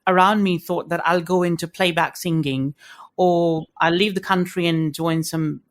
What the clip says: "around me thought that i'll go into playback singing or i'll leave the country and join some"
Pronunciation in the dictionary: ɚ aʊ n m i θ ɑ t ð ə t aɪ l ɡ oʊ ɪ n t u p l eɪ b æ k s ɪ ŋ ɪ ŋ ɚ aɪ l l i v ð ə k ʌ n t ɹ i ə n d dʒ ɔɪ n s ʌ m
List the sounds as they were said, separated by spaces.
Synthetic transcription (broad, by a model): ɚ aʊ n m i θ ɑ t ð ə t aɪ l ɡ oʊ ɪ n t u p l eɪ b æ k s ɪ ŋ ɪ ŋ ɚ aɪ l l i v ð ə k ʌ n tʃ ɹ i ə n dʒ ɔɪ n s ʌ m